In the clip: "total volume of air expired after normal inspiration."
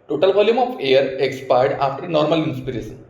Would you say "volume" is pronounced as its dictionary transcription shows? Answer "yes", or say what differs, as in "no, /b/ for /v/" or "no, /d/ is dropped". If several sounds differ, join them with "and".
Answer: no, /b/ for /v/